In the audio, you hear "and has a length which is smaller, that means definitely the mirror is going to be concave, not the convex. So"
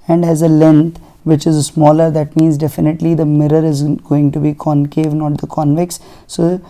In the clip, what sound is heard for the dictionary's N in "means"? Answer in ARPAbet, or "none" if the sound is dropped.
N